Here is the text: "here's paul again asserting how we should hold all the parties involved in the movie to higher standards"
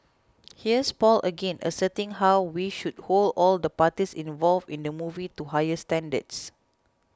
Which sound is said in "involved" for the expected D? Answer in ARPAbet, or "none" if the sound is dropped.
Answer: none